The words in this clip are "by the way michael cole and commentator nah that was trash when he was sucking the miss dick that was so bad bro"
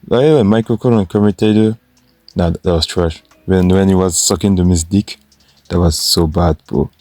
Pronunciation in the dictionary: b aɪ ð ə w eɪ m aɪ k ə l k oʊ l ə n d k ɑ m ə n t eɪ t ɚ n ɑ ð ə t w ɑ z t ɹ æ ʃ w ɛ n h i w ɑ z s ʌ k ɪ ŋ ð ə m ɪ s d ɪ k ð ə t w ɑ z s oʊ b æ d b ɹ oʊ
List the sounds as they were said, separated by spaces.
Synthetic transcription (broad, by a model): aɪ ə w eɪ m aɪ k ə k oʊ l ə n k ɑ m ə t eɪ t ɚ n ɑ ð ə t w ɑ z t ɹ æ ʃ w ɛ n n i w ɑ z s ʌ k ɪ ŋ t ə m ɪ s d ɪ k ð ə t w ɑ z s oʊ b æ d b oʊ